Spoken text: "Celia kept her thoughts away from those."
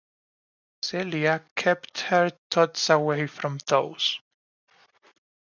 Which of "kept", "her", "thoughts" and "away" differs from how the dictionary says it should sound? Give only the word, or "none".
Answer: thoughts